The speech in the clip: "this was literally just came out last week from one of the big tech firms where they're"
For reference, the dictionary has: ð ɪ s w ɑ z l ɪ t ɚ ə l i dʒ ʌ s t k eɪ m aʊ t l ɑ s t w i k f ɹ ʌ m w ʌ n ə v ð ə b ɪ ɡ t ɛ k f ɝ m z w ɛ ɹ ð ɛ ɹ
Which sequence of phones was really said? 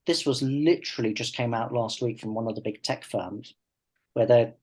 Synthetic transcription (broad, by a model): ð ɪ s w ɑ z l ɪ t ɚ ə l i dʒ ʌ s k eɪ m aʊ t l ɑ s t w i k f ɹ ʌ m w ʌ n ə v ð ə b ɪ ɡ t ɛ k f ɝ m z w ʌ ð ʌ